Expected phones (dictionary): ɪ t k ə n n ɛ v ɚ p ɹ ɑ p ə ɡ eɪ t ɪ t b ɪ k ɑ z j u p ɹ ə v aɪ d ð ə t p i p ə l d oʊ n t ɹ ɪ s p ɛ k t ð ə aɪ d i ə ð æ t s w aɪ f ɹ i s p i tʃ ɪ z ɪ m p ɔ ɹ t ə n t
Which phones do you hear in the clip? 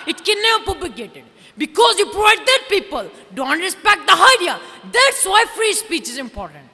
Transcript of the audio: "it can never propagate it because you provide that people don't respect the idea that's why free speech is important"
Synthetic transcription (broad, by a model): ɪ t k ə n n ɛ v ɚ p ɑ b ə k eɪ t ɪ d b ɪ k ɑ z j u p ɹ ə v aɪ d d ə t p i p ə l d oʊ n t ɹ ɪ s p ɛ k t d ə aɪ d i ə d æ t s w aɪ f ɹ i s p i tʃ ɪ z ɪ m p ɔ ɹ t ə n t